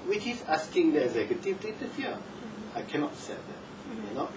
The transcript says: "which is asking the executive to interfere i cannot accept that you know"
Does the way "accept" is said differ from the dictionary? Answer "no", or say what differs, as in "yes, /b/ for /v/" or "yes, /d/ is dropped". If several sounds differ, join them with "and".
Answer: yes, /p/ is dropped